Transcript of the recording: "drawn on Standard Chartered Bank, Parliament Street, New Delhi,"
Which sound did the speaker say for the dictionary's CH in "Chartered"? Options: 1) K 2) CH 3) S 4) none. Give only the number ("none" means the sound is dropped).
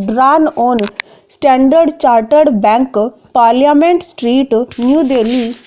2